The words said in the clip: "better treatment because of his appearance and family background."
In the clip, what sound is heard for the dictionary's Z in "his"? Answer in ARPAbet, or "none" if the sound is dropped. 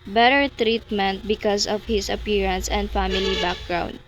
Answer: S